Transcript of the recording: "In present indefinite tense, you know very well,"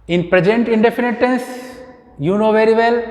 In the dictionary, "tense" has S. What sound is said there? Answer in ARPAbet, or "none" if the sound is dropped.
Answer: S